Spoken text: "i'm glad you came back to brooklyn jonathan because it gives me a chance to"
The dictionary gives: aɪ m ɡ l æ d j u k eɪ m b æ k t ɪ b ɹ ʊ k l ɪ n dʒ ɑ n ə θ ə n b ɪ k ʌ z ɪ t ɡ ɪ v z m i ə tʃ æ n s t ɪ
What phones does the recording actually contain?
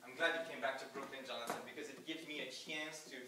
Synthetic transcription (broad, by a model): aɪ m ɡ l æ d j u k eɪ m b æ k t ɪ b ɹ ʊ k l ɪ n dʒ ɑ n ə s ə n b ɪ k ʌ z ɪ t ɡ ɪ v z m i ə tʃ æ n s t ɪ